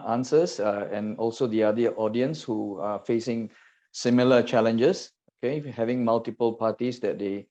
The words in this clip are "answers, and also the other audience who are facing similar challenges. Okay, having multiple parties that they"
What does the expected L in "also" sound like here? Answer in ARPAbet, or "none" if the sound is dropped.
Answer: L